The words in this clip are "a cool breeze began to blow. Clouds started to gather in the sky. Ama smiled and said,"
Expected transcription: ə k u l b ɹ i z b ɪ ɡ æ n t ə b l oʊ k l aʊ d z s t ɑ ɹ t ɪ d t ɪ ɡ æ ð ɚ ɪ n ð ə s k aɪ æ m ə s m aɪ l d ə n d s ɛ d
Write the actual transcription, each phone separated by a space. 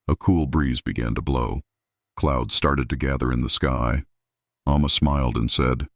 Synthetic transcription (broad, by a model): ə k u l b ɹ i z b ɪ ɡ æ n t ə b l oʊ k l aʊ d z s t ɑ ɹ t ɪ d t ɪ ɡ æ ð ɚ ɪ n ð ə s k aɪ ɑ m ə s m aɪ l d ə n s ɛ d